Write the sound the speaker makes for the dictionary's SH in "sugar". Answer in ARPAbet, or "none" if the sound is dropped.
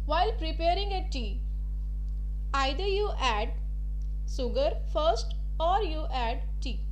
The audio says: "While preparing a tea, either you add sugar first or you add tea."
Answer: S